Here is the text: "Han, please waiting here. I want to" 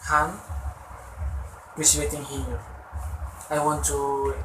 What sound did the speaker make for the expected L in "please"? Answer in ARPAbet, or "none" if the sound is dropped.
none